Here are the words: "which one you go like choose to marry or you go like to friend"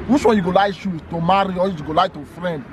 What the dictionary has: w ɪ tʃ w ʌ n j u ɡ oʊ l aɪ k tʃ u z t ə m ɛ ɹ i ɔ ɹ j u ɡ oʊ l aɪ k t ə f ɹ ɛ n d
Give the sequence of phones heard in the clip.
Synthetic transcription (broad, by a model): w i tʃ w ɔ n j u ɡ oʊ l aɪ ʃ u t ə m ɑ ɹ i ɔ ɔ j u ɡ oʊ l aɪ t ə f ɹ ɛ n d